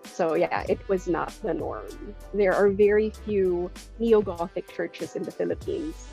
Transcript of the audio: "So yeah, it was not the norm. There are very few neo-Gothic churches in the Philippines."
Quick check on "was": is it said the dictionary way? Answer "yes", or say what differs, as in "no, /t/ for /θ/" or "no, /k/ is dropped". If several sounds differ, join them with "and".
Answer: yes